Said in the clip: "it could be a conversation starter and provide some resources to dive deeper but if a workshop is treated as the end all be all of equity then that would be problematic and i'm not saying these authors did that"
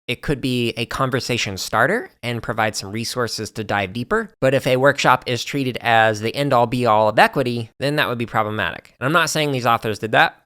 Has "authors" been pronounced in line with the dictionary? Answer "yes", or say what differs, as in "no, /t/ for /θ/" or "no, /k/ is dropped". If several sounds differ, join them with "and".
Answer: yes